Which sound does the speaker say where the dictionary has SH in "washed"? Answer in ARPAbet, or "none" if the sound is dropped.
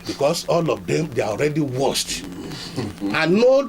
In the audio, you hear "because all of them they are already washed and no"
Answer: S